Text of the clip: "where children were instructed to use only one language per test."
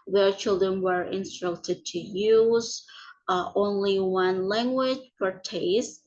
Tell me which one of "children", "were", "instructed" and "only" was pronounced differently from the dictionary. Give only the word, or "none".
none